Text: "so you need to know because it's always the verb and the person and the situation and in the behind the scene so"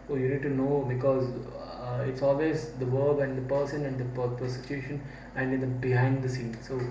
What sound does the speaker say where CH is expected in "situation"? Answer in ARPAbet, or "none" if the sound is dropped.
S